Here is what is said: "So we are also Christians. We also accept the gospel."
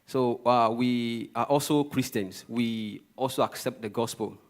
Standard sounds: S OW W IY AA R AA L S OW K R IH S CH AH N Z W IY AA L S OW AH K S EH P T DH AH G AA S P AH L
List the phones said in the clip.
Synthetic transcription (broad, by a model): S OW W IY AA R AA L S OW K R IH S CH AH N S W IY AA L S OW AH K S EH P T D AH G AA S P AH L